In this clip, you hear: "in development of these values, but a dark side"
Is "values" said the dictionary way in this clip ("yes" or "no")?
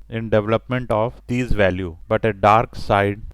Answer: no